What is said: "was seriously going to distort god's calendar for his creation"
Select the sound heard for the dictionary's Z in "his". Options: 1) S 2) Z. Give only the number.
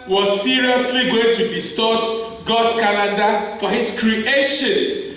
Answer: 1